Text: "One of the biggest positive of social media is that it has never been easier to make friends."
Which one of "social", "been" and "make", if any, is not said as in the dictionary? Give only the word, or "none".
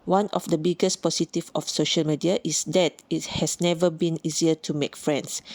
none